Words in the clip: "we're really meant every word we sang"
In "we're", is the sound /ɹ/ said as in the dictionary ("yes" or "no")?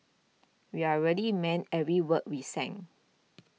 no